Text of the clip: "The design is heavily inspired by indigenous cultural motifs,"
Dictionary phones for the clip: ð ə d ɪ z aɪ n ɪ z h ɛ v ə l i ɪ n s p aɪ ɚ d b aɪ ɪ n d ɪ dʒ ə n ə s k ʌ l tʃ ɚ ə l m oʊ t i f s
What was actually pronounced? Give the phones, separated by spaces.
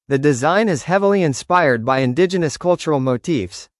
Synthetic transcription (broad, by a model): ð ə d ɪ z aɪ n ɪ z h ɛ v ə l i ɪ n s p aɪ ɚ d b aɪ ɪ n d ɪ dʒ ə n ə s k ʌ l tʃ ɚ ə l m oʊ t i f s